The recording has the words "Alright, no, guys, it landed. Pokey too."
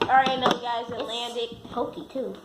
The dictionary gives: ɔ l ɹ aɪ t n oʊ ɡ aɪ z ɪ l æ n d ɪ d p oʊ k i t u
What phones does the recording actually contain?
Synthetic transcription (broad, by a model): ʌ ɹ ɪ n oʊ ɡ aɪ z ɪ l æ n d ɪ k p oʊ k i t u